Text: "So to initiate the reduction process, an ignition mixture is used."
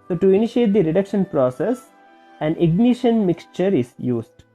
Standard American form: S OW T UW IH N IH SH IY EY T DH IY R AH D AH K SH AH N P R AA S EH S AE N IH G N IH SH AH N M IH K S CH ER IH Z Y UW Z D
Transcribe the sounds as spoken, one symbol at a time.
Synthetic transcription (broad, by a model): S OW T UW IH N IH SH IY EY T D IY R AH D AH K SH AH N P R AA S EH S AE N IH G N IH SH AH N M IH K S CH ER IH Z Y UW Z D